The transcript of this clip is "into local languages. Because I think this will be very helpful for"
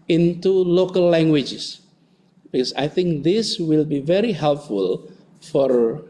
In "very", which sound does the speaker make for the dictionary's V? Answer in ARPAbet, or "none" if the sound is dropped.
V